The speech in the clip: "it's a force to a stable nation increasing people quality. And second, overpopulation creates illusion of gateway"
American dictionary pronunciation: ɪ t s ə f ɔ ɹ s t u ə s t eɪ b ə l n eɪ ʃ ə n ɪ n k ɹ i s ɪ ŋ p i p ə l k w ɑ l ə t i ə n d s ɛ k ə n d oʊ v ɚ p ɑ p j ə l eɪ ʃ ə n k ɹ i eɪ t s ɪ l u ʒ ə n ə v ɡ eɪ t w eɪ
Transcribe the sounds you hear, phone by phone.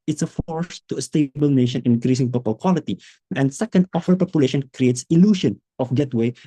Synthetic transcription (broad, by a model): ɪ t s ə f ɔ ɹ s t u ə s t eɪ b ə l n eɪ ʃ ə n ɪ n k ɹ i s ɪ ŋ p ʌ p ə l k w ɑ l ə t i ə n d s ɛ k ə n d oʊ f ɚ p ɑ p j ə l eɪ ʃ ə n k ɹ i eɪ t s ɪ l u ʃ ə n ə f ɡ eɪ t w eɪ